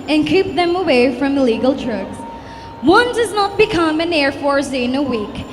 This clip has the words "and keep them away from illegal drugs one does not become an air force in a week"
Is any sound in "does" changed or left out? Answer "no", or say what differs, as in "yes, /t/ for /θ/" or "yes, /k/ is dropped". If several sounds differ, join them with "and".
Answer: no